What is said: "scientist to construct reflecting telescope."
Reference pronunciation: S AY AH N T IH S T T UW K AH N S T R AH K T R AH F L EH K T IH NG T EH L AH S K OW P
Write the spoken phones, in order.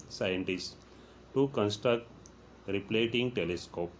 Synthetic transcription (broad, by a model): S AY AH N T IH S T T UW K AH N S T R AH K T R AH P L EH T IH NG T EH L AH S K OW P